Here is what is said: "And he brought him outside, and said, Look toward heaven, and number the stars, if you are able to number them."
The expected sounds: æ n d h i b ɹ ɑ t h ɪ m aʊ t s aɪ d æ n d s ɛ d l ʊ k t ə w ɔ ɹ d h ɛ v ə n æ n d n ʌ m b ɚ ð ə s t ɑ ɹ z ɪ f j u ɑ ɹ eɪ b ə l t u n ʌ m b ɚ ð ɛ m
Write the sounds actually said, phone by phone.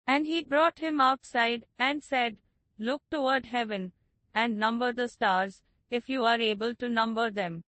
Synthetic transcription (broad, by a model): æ n d h i b ɹ ɑ t h ɪ m aʊ t s aɪ d æ n d s ɛ d l ʊ k t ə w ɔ ɹ d h ɛ v ə n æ n d n ʌ m b ɚ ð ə s t ɑ ɹ z ɪ f j u ɑ ɹ eɪ b ə l t u n ʌ m b ɚ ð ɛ m